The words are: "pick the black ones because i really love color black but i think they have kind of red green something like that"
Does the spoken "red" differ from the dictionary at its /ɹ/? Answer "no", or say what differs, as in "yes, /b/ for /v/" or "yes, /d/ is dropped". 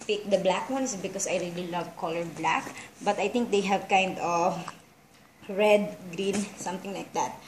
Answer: no